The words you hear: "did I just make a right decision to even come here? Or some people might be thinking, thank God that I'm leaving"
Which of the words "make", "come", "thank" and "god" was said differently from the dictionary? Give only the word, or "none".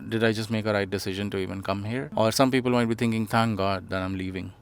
thank